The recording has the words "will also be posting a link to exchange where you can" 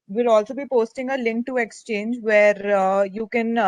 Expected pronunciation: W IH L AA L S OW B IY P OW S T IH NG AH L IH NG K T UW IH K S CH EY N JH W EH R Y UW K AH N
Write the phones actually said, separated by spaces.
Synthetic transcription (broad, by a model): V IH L AA L S OW B IY P OW S T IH NG AH L IH NG K T UW IH K S CH EY N JH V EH R Y UW K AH N